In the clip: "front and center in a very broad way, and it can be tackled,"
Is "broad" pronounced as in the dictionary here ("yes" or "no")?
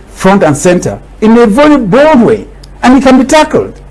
no